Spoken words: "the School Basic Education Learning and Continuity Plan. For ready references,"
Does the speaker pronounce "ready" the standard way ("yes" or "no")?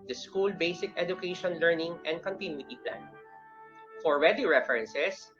no